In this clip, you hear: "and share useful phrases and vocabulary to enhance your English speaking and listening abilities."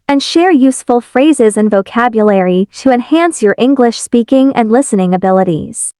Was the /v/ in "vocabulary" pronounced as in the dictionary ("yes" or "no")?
yes